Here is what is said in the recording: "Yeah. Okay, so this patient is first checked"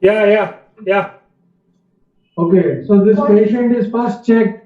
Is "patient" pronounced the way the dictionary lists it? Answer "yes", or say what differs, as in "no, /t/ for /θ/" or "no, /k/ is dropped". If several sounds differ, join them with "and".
yes